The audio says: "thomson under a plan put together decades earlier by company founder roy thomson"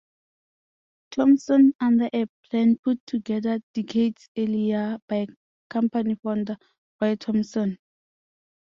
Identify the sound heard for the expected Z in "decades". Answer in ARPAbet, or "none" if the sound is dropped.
S